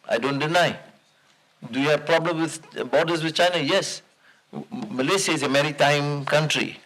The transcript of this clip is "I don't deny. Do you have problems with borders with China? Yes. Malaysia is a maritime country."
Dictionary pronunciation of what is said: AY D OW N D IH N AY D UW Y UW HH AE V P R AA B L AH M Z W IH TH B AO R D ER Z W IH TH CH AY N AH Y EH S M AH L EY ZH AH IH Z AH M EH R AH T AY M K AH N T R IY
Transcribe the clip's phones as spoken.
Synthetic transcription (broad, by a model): AY D OW N D IH N AY D UW Y UW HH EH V P R AA B L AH M W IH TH B AO D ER S W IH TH CH AY N AH Y EH S M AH L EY S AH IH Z AH M EH R AH T AY M K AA N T R IY